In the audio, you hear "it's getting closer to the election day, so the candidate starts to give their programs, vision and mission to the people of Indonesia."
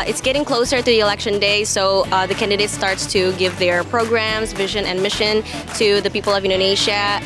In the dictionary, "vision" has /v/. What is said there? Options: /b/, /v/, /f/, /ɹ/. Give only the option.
/v/